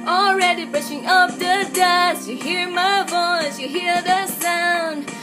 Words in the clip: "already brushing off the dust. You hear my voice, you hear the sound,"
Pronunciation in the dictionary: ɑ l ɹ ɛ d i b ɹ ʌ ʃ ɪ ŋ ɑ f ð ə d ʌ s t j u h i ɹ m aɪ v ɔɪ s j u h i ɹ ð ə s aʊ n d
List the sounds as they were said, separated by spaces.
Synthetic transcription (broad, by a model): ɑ l ɹ ɛ d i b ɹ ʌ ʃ ɪ ŋ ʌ p ð ə d ʌ s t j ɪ h i ɹ m aɪ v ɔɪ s j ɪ h i ɹ ð ə s aʊ n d